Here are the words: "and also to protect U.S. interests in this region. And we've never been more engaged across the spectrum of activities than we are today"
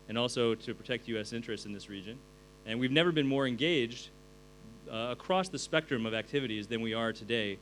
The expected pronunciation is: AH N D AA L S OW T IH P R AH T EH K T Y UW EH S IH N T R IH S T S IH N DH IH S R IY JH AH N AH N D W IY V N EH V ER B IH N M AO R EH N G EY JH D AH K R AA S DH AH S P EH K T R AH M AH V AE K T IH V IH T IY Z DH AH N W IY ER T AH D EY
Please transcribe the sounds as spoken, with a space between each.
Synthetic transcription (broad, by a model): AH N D AA L S OW T IH P R AH T EH K T Y UW EH S IH N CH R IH S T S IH N DH IH S R IY JH AH N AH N W IY V N EH V ER B IH N M AO R EH N G EY JH D AH K R AA S DH AH S P EH K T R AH M AH V AE K T IH V IH T IY Z DH AH N W IY ER T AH D EY